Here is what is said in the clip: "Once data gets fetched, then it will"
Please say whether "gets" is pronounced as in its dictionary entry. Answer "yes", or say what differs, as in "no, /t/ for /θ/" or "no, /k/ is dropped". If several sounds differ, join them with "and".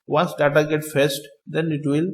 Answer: no, /s/ is dropped